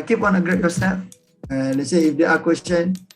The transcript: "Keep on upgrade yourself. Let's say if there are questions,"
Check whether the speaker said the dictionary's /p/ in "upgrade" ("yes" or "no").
no